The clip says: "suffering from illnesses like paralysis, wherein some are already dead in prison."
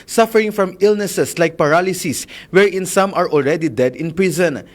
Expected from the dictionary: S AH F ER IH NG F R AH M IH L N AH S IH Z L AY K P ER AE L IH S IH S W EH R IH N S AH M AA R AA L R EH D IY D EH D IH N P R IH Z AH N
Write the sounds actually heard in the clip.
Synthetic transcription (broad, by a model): S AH F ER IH NG F R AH M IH L N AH S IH S L AY K P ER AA L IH S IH S W EH R IH N S AH M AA R AA L R EH D IY D EH D IH N P R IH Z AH N